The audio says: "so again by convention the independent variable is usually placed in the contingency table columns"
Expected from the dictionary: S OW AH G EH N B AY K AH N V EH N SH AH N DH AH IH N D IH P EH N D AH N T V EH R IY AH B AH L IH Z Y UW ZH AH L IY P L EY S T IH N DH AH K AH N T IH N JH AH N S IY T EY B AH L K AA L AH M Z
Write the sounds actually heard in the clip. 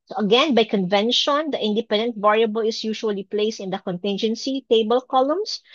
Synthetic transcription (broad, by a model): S OW AH G EH N B AY K AH N V EH N SH AH N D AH IH N D IH P EH N D AH N T V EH R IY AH B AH L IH S Y UW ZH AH L IY P L EY S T IH N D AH K AH N T IH N JH AH N S IY T EY B AH L K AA L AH M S